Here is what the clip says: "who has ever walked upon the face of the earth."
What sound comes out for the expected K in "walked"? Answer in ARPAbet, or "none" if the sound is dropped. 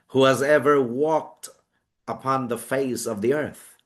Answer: K